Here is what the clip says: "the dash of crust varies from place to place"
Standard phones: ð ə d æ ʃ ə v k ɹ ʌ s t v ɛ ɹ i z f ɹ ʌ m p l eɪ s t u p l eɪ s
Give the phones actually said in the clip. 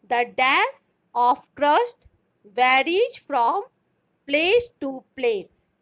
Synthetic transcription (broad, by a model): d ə d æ s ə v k ɹ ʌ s t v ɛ ɹ i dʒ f ɹ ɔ m p l eɪ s t u p l eɪ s